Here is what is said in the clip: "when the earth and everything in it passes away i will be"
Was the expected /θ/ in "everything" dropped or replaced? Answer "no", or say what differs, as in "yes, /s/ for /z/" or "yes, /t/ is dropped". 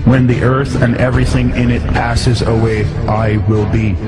no